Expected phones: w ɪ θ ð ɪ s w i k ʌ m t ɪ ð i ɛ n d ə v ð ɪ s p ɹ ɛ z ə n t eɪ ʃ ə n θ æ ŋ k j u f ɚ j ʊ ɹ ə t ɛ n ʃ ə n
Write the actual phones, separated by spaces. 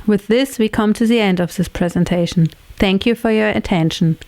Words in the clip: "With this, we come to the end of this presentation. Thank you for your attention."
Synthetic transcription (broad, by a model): w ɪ ð ɪ s w i k ʌ m t ɪ ð i ɛ n d ə v ð ɪ s p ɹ ɛ z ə n t eɪ ʃ n θ æ ŋ k j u f ɚ j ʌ ɹ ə t ɛ n ʃ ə n